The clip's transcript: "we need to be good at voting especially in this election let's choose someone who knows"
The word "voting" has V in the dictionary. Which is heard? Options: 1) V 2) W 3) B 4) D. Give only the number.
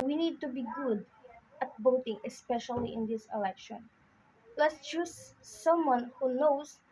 3